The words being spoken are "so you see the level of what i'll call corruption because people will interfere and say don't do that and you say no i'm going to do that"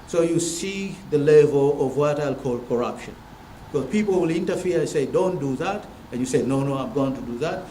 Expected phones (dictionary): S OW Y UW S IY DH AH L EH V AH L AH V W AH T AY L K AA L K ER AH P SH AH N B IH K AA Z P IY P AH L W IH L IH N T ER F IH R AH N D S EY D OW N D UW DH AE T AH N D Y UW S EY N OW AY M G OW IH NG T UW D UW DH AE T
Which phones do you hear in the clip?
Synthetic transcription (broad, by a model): S OW Y UW S IY DH AH L EH V AH L AH V W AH T AY L K AA L K ER AH P SH AH N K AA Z P IY P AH L W IH L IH N T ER F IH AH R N S EY D OW N D UW DH AE T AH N Y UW S EY N OW AY M G OW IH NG T UW D UW DH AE T